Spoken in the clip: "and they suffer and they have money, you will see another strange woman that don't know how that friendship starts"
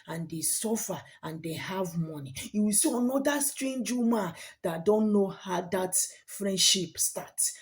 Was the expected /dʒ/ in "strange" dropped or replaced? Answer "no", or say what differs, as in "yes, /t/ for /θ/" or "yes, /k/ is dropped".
no